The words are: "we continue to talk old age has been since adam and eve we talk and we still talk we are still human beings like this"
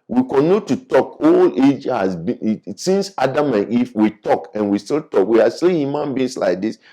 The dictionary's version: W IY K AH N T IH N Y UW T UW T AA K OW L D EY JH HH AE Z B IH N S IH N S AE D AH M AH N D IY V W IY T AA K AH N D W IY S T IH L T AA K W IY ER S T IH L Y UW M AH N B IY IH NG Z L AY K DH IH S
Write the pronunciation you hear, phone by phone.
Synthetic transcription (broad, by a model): W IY K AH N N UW T UW T AA K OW L EY JH HH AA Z B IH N S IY N S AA D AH M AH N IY F W IY T AA K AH N W IY S T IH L T AA K W IY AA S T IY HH Y UW M AH N B IY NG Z L AY K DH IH S